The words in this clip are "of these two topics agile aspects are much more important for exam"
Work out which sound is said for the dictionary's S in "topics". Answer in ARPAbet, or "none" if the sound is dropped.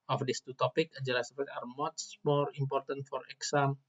none